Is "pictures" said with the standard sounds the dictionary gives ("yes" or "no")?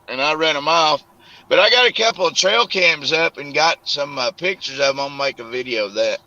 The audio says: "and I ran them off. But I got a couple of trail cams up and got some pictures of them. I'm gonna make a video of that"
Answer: yes